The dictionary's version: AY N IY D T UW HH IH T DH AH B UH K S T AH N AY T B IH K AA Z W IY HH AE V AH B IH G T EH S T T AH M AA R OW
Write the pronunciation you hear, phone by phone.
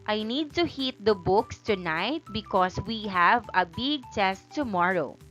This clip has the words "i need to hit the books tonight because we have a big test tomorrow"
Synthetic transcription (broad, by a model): AY N IY D T UW HH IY T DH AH B UH K S T AH N AY T B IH K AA S W IY HH AE V AH B IH G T EH S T T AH M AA R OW